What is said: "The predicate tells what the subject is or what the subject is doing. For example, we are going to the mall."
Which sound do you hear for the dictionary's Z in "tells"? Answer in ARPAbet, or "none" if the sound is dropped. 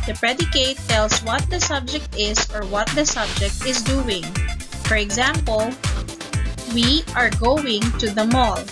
S